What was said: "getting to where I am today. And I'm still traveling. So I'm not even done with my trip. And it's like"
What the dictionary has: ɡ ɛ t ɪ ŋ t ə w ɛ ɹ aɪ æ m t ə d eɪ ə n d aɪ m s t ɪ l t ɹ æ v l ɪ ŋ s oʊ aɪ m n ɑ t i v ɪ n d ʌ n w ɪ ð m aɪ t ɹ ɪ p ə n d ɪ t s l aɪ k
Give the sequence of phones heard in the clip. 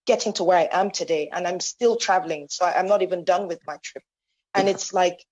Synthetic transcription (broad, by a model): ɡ ɛ t ɪ ŋ t ə w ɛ ɹ aɪ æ m t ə d eɪ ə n aɪ m s t ɪ l t ɹ æ v l ɪ ŋ s oʊ aɪ m n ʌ t i v ɪ n d ʌ n w ɪ ð m aɪ t ɹ ɪ p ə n ɪ t s l aɪ k